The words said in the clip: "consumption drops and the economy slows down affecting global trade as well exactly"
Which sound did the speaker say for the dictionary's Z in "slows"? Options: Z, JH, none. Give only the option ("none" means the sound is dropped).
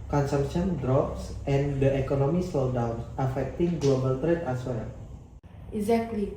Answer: none